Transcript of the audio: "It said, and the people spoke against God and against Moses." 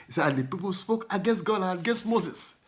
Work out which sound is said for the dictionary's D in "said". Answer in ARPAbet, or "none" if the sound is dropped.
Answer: none